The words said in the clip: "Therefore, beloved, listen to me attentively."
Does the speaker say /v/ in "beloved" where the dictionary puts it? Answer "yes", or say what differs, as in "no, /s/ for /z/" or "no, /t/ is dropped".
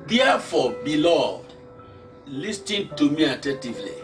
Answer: no, /v/ is dropped